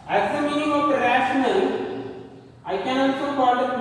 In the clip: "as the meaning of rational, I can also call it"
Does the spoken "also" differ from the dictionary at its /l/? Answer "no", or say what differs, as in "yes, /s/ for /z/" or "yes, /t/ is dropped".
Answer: yes, /l/ is dropped